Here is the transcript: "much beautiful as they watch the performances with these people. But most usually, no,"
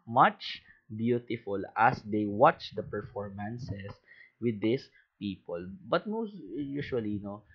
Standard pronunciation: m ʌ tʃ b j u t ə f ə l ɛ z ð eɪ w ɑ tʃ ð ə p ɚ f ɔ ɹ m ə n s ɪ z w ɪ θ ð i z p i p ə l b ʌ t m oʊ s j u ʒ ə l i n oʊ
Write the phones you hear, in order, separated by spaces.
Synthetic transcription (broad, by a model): m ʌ tʃ b j u t ə f ə l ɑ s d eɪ w ɑ tʃ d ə p ɚ f ɔ ɹ m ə n s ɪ s w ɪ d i s p i p ə l b ʌ t m oʊ s j u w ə l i n oʊ